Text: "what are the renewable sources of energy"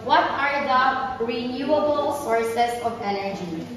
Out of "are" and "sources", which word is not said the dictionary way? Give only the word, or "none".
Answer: sources